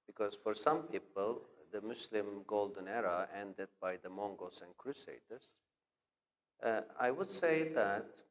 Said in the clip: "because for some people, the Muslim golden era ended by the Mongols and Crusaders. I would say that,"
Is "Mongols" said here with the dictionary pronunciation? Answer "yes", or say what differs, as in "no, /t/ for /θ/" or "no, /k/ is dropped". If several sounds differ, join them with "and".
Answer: no, /l/ is dropped